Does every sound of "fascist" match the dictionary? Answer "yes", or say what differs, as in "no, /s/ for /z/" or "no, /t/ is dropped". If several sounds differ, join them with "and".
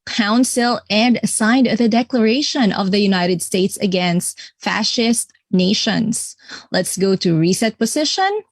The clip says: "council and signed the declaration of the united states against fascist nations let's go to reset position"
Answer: yes